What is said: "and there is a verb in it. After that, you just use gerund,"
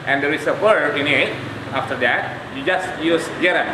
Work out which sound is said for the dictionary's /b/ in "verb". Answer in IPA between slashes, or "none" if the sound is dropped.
none